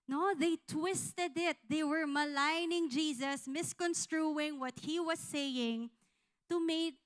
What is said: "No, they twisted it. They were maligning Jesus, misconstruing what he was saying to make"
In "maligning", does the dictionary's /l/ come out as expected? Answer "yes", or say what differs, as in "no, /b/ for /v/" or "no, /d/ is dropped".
yes